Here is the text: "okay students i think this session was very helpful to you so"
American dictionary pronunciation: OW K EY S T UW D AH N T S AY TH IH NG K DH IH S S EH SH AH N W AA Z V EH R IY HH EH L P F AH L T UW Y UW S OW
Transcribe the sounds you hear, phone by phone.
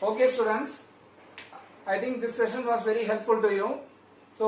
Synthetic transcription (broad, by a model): OW K EY S T UW D AH N T S AY T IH NG K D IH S S EH SH AH N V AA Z V EH R IY HH EH L P F AH L T UW Y UW S OW